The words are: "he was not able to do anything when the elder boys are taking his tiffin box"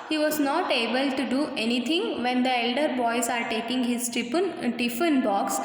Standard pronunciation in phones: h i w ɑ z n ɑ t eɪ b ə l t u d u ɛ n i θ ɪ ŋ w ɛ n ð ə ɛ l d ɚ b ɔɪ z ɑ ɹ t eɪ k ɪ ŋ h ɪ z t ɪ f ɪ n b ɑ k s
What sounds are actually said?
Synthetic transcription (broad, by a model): h i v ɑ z n ɑ t eɪ b ə l t u d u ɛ n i t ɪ ŋ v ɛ n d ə ɛ l d ɚ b ɔɪ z ɑ ɹ t eɪ k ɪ ŋ h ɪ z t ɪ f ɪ n b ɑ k s